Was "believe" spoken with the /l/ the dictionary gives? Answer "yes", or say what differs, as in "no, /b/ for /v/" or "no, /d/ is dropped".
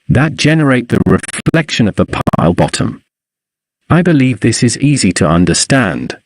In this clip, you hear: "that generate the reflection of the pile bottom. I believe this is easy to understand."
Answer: yes